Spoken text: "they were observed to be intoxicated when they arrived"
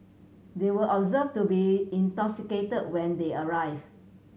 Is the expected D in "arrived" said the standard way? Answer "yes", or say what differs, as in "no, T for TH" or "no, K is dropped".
no, D is dropped